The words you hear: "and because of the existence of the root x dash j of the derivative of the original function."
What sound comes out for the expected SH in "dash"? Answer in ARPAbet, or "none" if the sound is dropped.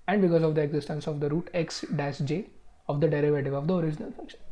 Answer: S